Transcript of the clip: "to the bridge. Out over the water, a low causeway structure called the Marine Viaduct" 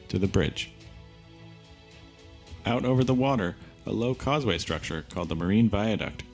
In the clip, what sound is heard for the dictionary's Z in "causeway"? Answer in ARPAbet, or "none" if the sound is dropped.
Z